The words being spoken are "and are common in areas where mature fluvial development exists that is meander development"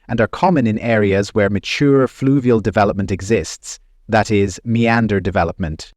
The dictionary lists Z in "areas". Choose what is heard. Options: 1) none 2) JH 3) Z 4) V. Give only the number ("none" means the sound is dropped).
3